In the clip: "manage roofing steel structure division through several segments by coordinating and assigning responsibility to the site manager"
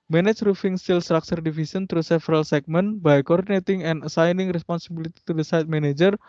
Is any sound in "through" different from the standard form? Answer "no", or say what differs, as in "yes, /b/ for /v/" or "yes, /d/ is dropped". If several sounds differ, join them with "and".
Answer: yes, /t/ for /θ/